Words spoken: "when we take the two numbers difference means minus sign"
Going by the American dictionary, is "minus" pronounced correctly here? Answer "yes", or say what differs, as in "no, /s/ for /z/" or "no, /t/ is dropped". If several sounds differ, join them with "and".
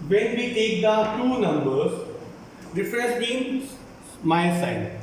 no, /n/ is dropped